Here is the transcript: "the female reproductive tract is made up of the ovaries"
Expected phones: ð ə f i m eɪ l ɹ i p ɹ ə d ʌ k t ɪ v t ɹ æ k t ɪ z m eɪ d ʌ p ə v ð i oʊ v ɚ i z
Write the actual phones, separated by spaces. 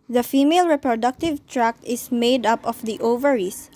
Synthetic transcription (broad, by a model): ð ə f i m eɪ l ɹ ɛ p ɹ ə d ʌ k t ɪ v t ɹ æ k t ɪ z m eɪ d ʌ p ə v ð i oʊ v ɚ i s